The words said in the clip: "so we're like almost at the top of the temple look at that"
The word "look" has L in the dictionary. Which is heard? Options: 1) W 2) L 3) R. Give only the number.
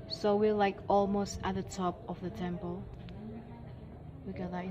1